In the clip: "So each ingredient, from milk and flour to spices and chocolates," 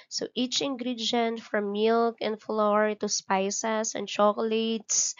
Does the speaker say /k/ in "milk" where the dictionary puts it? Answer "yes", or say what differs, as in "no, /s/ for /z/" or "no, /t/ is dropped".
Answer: yes